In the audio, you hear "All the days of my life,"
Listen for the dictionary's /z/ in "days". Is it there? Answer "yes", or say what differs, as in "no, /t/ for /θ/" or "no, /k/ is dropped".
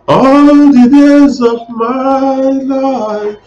yes